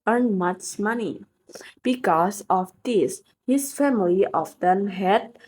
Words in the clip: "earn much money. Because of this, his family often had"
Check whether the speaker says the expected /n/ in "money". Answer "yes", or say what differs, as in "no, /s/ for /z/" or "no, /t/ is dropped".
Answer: yes